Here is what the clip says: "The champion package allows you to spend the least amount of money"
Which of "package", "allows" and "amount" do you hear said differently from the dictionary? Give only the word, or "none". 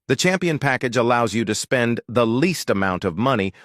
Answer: none